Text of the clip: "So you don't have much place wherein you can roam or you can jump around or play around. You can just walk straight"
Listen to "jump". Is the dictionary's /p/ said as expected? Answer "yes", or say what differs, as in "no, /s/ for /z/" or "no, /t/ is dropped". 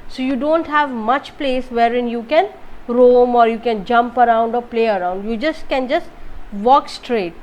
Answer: yes